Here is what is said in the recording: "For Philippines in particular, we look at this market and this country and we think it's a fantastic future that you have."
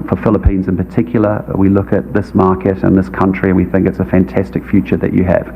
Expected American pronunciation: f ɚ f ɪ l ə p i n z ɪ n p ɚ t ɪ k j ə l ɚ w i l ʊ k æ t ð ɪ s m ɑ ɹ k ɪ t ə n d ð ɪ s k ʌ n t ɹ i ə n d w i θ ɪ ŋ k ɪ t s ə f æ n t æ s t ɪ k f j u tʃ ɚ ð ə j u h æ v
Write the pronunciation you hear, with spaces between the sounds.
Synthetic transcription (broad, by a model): f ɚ f ɪ l ə p i n z ɪ n p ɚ t ɪ k j l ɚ w i l ʊ k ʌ t ð ɪ s m ɑ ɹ k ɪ t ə n ð ɪ s k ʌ n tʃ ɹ i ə n w i θ ɪ ŋ k ɪ t s ə f æ n t æ s t ɪ k f j u tʃ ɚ ð ə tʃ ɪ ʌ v